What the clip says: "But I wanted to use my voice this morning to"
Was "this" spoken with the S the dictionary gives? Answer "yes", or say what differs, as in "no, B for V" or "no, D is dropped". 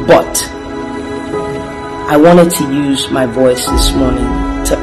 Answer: yes